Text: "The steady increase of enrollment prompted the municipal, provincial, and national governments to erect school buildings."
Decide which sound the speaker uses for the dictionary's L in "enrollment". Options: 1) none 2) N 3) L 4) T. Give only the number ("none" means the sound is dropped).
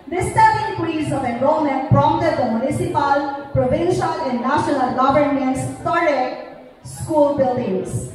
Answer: 1